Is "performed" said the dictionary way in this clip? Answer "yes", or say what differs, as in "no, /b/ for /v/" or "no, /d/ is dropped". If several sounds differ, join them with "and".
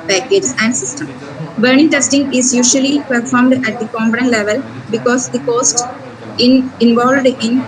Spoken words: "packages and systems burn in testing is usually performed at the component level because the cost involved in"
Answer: yes